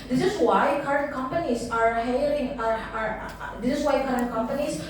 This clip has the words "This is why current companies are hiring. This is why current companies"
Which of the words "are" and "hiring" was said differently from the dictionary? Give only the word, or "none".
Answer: hiring